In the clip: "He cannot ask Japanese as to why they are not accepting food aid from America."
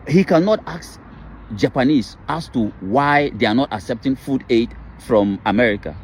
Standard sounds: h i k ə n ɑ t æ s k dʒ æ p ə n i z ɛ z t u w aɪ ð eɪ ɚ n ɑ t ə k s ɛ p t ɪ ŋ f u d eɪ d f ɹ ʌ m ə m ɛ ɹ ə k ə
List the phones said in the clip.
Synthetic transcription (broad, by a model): h i k ə n ɑ t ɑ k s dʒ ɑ p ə n i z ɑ s t u w aɪ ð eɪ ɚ n ɑ t ə k s ɛ p t ɪ ŋ f u d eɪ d f ɹ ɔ m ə m ɛ ɹ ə k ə